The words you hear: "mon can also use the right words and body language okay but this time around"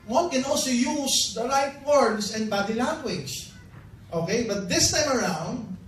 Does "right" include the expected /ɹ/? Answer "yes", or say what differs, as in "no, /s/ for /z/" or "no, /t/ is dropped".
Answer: no, /l/ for /ɹ/